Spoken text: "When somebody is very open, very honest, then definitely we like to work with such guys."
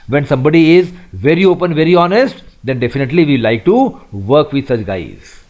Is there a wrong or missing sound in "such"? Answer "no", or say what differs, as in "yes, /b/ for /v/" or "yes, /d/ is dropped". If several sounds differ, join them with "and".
no